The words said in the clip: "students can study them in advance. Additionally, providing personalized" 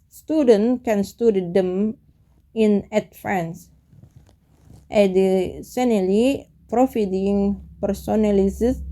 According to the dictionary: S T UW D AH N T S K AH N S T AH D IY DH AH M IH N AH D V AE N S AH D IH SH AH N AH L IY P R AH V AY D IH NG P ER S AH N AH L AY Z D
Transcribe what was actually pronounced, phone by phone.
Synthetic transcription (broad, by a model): S T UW D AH N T K AH N S T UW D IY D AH M IH N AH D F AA N S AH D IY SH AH N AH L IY P R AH F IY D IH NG P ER S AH N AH L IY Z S